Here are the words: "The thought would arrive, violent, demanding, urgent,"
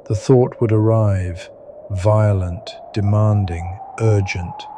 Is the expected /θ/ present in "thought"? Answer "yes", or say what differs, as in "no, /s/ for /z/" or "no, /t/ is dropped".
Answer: yes